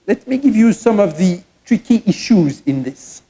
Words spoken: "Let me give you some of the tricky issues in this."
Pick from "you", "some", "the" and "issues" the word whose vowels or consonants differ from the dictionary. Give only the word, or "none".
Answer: none